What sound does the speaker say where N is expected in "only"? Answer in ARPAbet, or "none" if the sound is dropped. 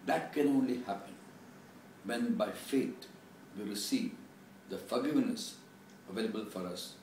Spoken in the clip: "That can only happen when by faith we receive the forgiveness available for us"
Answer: N